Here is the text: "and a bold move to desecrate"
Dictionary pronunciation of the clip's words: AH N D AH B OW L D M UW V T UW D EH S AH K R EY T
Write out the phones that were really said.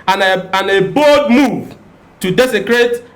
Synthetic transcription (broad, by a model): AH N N AH B OW D M UW V T UW D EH S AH K R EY T